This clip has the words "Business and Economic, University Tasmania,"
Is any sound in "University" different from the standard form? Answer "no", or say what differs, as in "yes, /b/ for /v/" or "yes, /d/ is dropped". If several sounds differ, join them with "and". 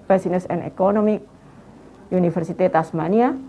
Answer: yes, /f/ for /v/